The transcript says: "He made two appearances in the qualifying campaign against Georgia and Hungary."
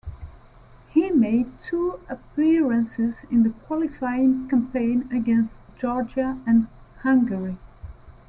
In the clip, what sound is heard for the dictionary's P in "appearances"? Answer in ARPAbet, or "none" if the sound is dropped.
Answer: P